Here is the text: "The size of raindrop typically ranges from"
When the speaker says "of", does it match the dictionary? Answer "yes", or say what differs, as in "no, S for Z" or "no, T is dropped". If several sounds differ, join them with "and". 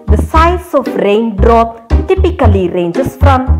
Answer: no, F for V